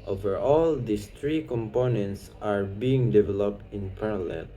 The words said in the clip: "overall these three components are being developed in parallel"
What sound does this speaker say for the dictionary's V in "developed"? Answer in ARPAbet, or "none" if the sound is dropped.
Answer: V